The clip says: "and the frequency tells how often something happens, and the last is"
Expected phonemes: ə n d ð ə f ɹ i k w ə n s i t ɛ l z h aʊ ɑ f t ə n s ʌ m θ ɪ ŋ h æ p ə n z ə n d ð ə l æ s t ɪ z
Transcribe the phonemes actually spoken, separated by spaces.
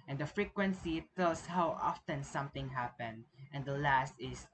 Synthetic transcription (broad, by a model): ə n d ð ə f ɹ i k w ə n s i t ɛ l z h aʊ ɑ f t ə n s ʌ m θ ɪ ŋ h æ p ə n ə n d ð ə l æ s t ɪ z